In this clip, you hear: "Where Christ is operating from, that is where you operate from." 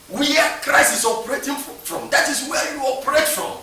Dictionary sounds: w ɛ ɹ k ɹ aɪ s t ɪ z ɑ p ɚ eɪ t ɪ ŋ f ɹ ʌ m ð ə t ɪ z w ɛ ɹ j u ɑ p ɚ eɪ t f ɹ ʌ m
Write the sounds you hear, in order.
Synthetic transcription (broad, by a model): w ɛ k ɹ aɪ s ɪ s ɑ p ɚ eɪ t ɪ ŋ f ɹ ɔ m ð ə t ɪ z w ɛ j u ɑ p ɚ eɪ t f ɹ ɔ m